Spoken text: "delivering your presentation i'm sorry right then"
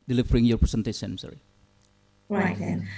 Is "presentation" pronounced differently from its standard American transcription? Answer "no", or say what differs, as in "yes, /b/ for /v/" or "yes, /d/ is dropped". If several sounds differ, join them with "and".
yes, /s/ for /z/ and /s/ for /ʃ/